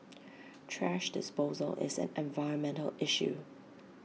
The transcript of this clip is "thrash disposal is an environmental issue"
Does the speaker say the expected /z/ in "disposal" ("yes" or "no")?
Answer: yes